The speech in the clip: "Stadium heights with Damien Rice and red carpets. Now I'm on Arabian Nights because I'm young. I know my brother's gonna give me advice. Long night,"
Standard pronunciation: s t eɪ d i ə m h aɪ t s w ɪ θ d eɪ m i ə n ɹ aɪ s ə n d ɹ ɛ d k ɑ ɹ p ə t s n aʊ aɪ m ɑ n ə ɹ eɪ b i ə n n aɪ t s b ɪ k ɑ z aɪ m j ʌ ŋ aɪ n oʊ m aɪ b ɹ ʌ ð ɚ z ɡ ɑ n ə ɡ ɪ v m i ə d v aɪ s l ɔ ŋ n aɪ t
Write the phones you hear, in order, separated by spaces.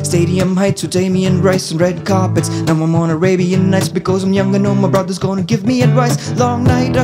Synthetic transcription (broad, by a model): s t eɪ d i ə m h aɪ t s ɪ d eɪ m i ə n ɹ aɪ s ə n ɹ ɛ d k ɑ ɹ p ə t s n aʊ aɪ m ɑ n ə ɹ eɪ b i ə n n aɪ t s b ɪ k ɑ z aɪ m j ʌ ŋ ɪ n oʊ m aɪ b ɹ ʌ ð ɚ z ɡ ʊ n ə ɡ ɪ v m i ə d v aɪ s l ɔ ŋ n aɪ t